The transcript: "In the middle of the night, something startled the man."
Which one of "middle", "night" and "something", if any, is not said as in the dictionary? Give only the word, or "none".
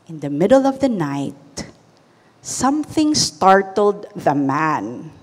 none